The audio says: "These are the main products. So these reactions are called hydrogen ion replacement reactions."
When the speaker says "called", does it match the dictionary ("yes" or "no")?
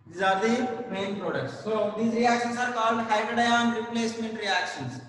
yes